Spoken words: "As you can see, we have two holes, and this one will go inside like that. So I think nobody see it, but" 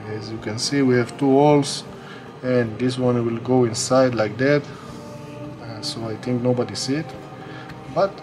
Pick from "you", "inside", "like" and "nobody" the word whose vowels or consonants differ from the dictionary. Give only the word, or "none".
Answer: none